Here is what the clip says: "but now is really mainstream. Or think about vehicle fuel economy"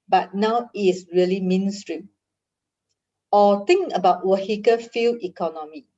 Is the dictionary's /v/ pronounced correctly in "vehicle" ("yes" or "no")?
no